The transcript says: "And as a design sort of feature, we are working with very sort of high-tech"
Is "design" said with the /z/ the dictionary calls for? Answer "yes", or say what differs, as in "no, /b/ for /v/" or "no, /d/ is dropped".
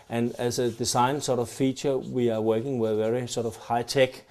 no, /s/ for /z/